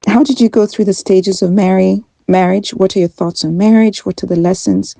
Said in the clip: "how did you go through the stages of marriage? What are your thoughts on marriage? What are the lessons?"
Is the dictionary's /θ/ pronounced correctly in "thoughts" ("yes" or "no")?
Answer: yes